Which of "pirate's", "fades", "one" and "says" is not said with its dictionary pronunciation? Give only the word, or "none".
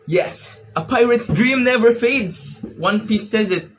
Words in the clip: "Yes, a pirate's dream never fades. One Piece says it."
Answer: none